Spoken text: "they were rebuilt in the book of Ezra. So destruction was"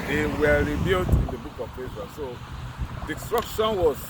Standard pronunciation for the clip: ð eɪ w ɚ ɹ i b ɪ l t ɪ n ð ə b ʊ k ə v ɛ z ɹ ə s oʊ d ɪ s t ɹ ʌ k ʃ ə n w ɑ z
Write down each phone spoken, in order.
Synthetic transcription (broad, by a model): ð eɪ w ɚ ɹ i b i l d ɪ n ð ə b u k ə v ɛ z ə s oʊ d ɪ s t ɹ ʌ k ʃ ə n w ɑ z